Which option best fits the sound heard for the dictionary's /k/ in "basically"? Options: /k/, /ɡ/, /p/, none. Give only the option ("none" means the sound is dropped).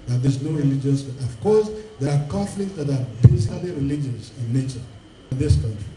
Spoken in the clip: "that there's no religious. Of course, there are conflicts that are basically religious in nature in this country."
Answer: none